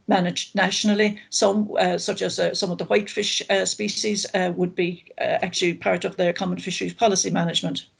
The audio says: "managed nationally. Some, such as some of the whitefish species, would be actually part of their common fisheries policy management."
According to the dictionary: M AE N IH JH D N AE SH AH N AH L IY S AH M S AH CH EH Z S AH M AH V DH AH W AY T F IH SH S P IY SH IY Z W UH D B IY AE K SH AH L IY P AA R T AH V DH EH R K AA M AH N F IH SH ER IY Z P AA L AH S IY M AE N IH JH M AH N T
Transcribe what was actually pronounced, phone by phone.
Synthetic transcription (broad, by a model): M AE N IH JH N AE SH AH N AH L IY S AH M S AH CH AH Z S AH M AH V DH AH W AY T F IH SH S P IY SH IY Z W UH D B IY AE K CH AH L IY P AA R T AH V DH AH R K AA M AH N F IH SH ER IY Z P AA L AH S IY M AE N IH JH M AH N T